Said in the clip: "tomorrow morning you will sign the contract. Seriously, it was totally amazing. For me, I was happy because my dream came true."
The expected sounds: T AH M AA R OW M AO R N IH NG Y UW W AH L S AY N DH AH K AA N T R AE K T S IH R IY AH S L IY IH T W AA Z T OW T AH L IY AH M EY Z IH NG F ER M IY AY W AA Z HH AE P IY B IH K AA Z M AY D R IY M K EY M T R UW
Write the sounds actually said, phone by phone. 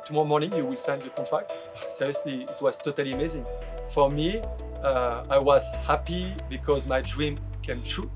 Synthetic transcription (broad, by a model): T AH M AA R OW M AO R N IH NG Y UW W AH L S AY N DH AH K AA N T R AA K T S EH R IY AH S L IY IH T W AA Z T OW T AH L IY AH M EY Z IH NG F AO M IY AY W AA Z HH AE P IY B IH K AA Z M AY D R IY M K EY M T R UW